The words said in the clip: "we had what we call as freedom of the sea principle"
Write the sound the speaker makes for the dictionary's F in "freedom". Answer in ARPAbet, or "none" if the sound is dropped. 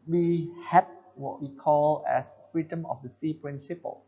F